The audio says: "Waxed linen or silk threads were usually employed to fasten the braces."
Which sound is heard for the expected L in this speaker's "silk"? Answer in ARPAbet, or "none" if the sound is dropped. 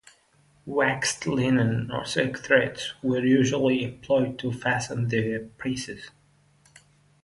none